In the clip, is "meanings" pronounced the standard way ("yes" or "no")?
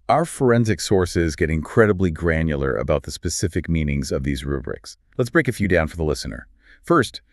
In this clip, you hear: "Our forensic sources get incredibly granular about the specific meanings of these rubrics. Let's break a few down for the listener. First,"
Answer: yes